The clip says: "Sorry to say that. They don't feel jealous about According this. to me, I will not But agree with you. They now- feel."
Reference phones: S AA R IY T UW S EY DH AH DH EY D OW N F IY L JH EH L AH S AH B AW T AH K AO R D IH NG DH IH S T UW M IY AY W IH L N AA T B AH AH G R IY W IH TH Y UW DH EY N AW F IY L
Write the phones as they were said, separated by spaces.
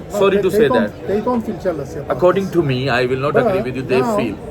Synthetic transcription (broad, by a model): S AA R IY T UW S EY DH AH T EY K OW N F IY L CH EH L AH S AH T AH K AO R D IH NG T UW M IY AY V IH L N AA T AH AH G R IY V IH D Y UW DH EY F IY L